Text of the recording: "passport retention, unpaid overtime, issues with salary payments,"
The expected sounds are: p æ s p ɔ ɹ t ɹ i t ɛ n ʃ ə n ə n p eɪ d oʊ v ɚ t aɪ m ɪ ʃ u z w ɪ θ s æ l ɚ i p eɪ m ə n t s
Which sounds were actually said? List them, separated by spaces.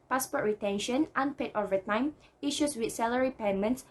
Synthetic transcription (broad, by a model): p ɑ s p ɔ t ɹ i t ɛ n ʃ ə n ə n p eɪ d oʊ v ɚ t aɪ m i ʃ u s w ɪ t s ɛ l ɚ i p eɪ m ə n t s